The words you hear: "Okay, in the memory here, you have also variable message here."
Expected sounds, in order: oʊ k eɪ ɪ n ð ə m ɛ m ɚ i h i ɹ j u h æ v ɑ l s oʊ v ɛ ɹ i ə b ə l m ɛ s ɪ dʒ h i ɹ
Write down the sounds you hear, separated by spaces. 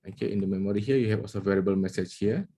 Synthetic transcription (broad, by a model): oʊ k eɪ ɪ n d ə m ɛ m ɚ i h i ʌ j u h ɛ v ɑ l s oʊ v ɛ ɹ i ə b ə l m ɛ s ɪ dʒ h i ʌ